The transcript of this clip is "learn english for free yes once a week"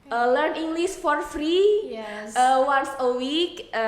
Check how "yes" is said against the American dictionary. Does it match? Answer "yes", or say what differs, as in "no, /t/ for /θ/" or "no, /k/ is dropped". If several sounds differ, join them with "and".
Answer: no, /s/ is dropped